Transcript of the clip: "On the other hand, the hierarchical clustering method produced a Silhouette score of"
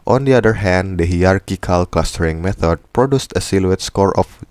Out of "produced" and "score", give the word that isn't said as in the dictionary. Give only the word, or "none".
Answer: none